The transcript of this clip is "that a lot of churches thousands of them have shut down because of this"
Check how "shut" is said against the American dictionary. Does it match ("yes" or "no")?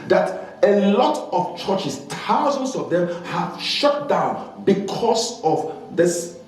yes